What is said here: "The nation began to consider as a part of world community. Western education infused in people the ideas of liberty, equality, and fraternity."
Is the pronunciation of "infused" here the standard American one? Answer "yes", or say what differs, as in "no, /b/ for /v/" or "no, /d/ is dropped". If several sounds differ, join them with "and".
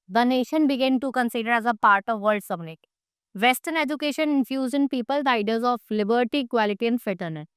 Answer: no, /d/ is dropped